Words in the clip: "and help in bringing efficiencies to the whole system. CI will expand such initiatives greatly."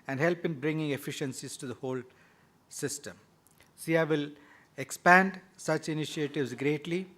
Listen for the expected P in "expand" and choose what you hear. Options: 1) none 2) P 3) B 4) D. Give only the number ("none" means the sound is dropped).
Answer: 2